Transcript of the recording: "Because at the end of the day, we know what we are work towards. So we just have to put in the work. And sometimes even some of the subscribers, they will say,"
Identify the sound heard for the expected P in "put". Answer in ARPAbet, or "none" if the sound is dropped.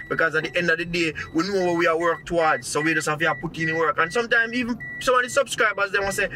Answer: P